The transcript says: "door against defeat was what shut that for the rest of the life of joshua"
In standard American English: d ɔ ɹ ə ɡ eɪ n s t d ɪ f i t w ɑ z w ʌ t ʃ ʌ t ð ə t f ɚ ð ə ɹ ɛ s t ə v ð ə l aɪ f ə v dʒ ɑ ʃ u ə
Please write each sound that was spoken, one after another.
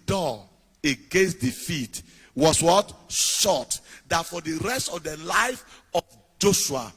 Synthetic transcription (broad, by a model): d ɔ ə ɡ eɪ n s t d ɪ f i t w ɑ s w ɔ t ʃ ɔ t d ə t f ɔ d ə ɹ ɛ s t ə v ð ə l aɪ f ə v dʒ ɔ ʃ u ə